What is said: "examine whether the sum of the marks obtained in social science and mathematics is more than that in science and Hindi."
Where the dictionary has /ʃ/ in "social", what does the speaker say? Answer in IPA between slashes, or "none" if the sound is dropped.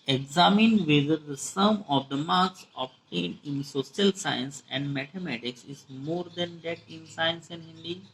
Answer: /s/